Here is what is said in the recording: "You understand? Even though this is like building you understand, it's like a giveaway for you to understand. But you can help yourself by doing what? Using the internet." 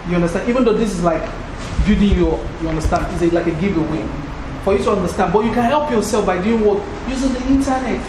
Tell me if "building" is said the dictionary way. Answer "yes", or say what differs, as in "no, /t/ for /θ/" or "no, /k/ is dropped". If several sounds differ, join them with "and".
no, /l/ is dropped